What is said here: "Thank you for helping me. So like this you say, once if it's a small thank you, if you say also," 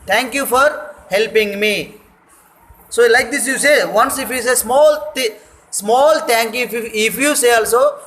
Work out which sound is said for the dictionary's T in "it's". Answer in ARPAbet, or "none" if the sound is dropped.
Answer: S